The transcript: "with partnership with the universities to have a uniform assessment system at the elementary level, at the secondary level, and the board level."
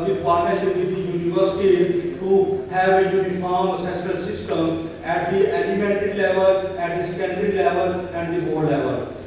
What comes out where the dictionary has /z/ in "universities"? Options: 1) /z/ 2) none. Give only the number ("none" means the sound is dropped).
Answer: 2